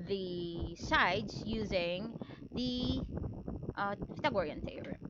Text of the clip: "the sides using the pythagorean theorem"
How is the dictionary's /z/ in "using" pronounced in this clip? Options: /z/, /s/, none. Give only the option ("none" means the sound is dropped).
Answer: /z/